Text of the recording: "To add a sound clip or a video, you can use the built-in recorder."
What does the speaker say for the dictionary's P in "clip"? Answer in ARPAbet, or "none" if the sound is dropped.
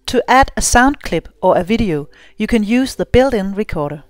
B